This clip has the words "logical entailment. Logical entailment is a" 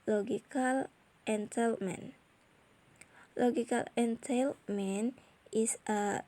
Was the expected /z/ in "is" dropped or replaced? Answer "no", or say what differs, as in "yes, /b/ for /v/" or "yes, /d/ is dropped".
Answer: yes, /s/ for /z/